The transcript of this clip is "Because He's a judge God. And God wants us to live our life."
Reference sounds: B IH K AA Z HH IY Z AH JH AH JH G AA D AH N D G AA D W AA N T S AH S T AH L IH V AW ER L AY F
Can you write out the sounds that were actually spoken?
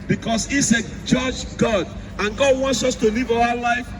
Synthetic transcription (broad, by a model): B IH K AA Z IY S AH JH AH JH G AA D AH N G AA D W AA N T S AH S T AH L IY V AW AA L AY F